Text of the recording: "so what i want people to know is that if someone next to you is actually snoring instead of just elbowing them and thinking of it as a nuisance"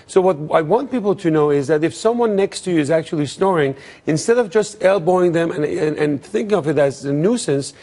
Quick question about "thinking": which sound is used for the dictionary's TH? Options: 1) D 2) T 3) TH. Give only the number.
3